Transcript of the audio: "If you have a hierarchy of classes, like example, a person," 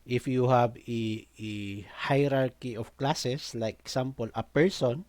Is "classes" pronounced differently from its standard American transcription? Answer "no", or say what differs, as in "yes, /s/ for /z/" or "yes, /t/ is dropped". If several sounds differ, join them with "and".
yes, /s/ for /z/